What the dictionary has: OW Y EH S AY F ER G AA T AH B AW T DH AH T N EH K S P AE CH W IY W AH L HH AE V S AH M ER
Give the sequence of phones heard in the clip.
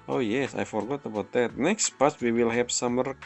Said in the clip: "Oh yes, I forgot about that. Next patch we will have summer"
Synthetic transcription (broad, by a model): OW Y EH S AY F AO G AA T AH B AW T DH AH T N EH K S P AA S W IY W AH L HH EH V S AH M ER